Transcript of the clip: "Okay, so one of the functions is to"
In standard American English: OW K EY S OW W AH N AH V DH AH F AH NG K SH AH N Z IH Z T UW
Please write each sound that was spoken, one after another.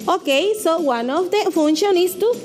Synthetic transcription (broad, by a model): OW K EY S OW W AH N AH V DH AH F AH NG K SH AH N IH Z T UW